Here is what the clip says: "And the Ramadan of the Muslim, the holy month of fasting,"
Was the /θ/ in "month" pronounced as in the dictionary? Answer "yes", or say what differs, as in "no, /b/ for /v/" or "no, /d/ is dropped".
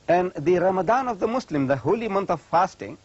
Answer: no, /t/ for /θ/